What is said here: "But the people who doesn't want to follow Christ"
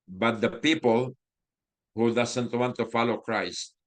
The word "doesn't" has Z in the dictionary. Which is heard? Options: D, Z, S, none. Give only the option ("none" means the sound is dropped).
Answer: S